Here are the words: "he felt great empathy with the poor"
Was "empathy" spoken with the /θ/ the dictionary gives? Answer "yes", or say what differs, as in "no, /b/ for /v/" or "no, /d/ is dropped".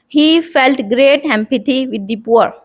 no, /t/ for /θ/